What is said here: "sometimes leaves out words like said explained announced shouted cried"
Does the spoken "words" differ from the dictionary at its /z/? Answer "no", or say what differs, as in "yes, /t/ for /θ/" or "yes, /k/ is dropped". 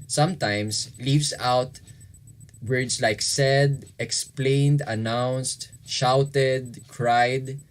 yes, /s/ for /z/